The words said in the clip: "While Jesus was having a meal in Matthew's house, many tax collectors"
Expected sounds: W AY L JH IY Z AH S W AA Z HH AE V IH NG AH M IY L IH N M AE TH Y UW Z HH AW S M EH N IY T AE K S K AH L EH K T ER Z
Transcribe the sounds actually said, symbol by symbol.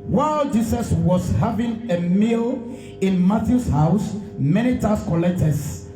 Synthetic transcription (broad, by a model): W AY L JH IY S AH S W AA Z HH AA V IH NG AH M IY L IH N M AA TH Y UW S HH AW S M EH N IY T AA S K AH L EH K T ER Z